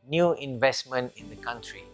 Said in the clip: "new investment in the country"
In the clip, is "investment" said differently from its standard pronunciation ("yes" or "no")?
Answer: no